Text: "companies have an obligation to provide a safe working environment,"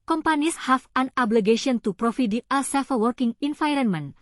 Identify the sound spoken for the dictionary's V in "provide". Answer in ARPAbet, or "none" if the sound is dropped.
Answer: F